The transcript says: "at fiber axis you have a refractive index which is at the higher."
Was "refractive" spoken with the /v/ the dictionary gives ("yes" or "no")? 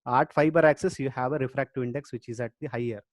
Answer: no